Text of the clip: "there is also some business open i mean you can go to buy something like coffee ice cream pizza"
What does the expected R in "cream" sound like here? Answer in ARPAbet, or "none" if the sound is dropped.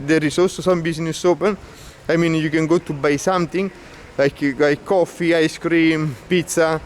R